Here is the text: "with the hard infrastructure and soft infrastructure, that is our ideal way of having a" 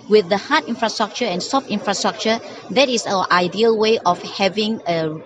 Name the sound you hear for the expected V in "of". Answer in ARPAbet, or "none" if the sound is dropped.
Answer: F